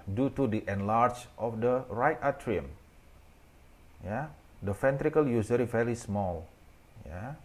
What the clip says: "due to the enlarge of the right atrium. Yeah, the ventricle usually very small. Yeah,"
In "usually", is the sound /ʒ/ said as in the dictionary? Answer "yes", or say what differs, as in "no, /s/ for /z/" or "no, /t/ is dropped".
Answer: no, /z/ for /ʒ/